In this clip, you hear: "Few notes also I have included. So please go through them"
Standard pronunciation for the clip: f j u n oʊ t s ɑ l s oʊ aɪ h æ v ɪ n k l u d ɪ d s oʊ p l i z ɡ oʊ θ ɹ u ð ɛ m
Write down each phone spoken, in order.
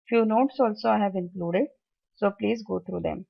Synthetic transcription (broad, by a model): f j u n oʊ t s ɑ l s oʊ aɪ h æ v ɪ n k l u d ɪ d s oʊ p l i z ɡ oʊ t ɹ u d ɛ m